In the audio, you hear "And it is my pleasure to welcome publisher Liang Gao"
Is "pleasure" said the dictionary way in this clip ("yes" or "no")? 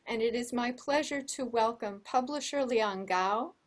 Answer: yes